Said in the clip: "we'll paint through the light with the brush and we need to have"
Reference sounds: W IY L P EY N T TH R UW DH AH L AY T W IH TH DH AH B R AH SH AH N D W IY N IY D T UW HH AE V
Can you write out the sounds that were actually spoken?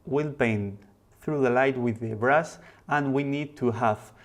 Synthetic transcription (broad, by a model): W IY L B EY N TH R UW DH AH L AY T W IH DH AH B R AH S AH N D W IY N IY D T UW HH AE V